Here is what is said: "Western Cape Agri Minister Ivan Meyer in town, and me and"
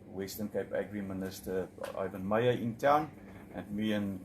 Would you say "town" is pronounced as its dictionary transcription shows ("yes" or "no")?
yes